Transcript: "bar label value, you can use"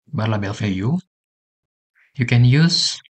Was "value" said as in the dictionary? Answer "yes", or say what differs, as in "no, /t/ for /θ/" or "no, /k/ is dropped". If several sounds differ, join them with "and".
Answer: no, /f/ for /v/ and /l/ is dropped